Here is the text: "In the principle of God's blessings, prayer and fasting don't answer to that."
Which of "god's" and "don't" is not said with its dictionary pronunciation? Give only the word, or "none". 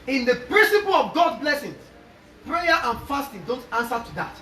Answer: god's